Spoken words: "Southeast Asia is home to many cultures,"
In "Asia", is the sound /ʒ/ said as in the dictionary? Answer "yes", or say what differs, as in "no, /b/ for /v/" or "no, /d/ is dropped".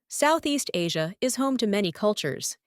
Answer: yes